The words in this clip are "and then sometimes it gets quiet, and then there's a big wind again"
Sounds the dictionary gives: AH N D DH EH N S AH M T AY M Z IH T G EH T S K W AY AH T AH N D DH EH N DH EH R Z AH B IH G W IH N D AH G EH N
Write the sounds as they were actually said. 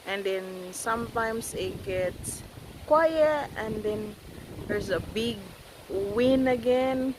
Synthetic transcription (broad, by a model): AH N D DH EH N S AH M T AY M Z IH T G EH T S K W AY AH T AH N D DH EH N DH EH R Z AH B IH G W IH N AH G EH N